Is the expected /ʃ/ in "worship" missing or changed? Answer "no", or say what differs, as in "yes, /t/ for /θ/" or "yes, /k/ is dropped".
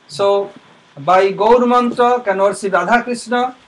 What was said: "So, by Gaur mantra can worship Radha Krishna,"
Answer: yes, /s/ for /ʃ/